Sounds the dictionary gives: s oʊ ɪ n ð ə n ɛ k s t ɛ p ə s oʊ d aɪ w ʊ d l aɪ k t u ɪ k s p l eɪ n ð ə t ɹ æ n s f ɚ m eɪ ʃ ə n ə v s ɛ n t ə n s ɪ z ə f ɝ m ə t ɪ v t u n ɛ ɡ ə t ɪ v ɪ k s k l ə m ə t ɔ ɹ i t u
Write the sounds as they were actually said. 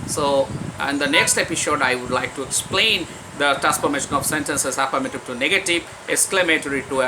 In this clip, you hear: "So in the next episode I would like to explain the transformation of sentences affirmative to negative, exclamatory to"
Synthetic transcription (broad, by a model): s oʊ ɪ n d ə n ɛ k s t ɛ p ə s oʊ d aɪ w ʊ d l aɪ k t u ɪ k s p l eɪ n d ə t æ s p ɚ m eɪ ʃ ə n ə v s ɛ n t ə n s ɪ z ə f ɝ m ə t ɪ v t u n ɛ ɡ ə t ɪ v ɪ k s k l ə m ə t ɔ ɹ i t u